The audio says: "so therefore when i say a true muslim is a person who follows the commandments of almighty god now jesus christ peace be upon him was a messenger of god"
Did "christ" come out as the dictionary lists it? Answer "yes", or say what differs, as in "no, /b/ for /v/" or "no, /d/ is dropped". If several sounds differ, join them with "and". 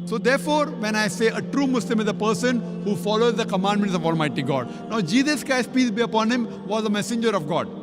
no, /ɹ/ is dropped